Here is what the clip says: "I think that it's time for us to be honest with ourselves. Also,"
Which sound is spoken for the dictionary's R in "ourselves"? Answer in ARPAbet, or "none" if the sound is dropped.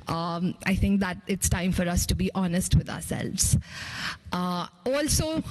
R